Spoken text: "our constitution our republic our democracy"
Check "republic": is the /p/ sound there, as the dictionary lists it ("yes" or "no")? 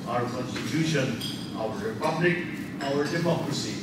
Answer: yes